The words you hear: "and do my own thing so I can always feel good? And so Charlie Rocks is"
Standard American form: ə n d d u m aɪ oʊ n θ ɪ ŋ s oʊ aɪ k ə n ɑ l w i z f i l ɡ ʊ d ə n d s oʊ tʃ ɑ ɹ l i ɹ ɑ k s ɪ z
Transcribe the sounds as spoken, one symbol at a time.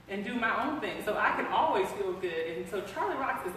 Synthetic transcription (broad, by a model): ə n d d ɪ m aɪ oʊ n θ ɪ ŋ s oʊ aɪ k ə n ɑ l w i z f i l ɡ ʊ d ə n s oʊ tʃ ɑ ɹ l i ɹ ɑ k s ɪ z